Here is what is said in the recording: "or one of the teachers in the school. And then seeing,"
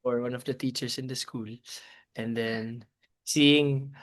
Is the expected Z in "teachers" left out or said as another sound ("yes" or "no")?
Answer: yes